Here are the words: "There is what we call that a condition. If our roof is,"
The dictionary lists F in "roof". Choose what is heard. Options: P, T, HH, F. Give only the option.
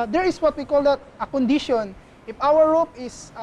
P